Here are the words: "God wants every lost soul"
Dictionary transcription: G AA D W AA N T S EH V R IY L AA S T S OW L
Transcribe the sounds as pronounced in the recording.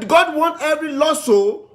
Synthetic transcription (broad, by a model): G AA D W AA N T EH V R IY L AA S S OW